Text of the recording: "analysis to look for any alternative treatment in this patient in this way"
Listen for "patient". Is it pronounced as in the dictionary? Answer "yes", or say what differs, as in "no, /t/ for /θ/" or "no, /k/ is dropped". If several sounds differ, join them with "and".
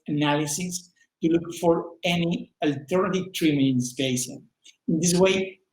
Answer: no, /s/ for /ʃ/ and /t/ is dropped